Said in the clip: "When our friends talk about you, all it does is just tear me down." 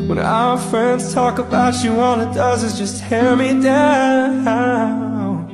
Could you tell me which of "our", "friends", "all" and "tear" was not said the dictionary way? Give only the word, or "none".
all